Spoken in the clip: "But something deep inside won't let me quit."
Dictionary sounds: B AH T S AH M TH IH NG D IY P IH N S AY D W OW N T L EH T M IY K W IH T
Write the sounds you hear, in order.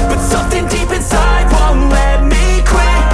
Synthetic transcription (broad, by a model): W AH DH S AH M TH IH NG D IY P IH N S AY D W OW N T L EH T M IY K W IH